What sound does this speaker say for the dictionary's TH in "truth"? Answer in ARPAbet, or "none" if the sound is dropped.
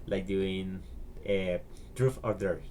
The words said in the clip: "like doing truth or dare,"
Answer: F